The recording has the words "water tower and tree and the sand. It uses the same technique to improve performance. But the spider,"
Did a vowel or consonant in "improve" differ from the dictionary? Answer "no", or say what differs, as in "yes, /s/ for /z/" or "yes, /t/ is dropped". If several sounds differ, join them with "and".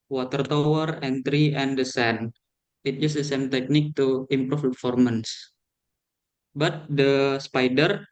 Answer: yes, /ɹ/ is dropped